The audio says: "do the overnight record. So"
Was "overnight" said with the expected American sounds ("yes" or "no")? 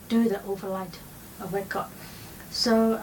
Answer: no